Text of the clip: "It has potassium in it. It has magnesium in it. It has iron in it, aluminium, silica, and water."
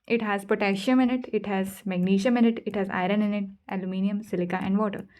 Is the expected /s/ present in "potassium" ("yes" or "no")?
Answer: no